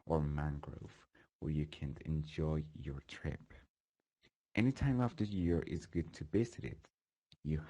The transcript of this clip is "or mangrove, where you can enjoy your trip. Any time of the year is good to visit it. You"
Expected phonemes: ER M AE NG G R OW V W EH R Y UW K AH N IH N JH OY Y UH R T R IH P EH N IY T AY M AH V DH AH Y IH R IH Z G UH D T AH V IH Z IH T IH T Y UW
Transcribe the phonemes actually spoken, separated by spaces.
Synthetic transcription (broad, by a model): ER M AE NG G R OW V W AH R Y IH K AH N IH N JH OY Y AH R T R IH P EH N IY T AY M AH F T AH Y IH R IH Z G UH D T AH B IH S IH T IH T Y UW